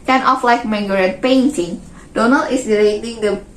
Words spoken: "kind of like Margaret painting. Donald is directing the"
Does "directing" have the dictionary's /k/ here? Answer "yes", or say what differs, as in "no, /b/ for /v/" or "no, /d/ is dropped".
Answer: no, /k/ is dropped